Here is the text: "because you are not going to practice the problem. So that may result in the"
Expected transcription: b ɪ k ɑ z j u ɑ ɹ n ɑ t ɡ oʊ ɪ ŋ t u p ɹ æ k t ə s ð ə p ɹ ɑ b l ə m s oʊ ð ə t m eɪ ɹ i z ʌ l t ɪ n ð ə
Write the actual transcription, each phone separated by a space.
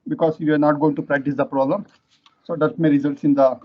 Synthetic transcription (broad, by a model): b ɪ k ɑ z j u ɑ ɹ n ɑ t ɡ oʊ ɪ ŋ t u p ɹ æ k t ə s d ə p ɹ ɑ b l ə m s oʊ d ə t m eɪ ɹ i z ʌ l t ɪ n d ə